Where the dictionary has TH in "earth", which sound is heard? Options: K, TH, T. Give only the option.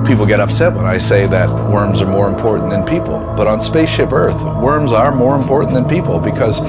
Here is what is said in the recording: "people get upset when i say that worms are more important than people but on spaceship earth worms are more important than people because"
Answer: TH